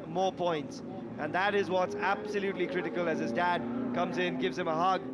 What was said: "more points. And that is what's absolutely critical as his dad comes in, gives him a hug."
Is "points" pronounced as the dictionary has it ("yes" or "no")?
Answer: yes